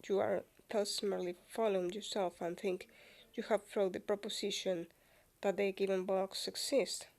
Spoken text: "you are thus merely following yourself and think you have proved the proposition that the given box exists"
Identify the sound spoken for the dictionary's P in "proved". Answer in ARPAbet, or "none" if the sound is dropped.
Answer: F